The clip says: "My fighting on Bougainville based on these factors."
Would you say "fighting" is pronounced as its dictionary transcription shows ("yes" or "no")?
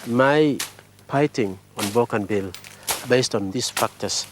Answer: no